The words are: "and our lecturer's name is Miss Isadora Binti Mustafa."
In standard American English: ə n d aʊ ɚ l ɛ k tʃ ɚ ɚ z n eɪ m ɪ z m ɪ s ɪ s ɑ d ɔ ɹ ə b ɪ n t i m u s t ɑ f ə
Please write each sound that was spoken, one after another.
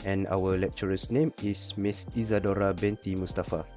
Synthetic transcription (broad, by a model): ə n aʊ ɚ l ɛ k tʃ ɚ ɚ s n eɪ m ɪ s m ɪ s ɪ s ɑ d ɔ ɹ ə b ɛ n t i m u s t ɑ f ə